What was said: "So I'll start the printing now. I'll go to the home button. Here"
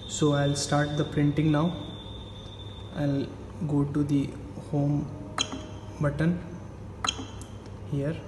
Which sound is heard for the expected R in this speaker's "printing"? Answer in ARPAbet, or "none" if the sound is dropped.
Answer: R